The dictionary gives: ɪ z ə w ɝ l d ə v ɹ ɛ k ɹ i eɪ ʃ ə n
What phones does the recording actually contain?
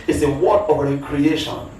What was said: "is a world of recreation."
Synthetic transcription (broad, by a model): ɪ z ə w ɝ d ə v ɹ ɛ k ɹ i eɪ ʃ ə n